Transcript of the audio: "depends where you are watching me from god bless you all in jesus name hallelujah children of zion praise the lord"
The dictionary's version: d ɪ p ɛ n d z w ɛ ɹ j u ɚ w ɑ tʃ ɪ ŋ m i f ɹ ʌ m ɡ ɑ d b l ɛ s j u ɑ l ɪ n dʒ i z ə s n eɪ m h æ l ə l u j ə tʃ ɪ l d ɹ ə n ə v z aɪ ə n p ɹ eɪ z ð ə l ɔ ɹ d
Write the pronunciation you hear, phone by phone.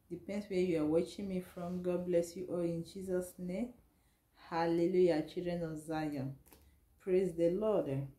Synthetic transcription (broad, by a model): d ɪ p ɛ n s w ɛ j u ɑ w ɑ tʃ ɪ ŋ m i f ɹ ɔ m ɡ ɑ d b l ɛ s j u ɑ l ɪ n dʒ i z ə s n eɪ m h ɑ l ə l u j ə tʃ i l d ɹ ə n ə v z aɪ ə n p ɹ eɪ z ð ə l ɔ d